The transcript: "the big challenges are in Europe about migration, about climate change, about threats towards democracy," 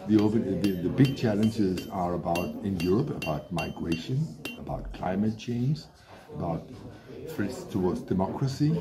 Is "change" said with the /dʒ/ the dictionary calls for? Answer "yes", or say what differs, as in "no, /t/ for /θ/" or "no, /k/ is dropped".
no, /z/ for /dʒ/